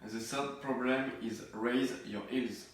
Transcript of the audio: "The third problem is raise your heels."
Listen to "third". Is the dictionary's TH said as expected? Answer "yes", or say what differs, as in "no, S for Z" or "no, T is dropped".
no, S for TH